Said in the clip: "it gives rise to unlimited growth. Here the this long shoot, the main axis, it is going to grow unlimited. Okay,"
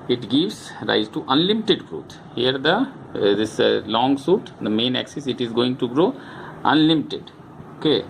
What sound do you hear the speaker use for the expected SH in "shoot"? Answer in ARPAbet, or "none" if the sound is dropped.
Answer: S